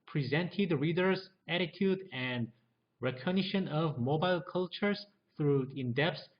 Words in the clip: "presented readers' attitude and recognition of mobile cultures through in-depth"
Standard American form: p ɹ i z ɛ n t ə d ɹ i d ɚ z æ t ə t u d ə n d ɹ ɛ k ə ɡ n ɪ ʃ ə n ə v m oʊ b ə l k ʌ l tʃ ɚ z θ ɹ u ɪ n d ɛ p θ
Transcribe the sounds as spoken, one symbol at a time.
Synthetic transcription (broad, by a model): p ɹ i z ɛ n t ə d ɹ i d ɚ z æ t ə t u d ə n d ɹ ɛ k ə ɡ n ɪ ʃ ə n ə v m oʊ b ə l k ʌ l tʃ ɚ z θ ɹ u ɪ n d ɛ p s